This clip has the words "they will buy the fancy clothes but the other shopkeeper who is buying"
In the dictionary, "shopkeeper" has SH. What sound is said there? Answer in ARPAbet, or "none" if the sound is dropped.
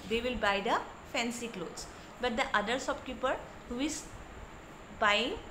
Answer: S